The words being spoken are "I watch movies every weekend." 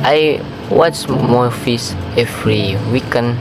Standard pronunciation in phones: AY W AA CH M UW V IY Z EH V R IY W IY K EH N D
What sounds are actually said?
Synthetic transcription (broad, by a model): AY W AA CH M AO F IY S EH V R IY W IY K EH N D